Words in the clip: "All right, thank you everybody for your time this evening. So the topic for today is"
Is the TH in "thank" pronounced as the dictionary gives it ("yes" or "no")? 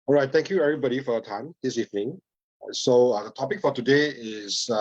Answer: no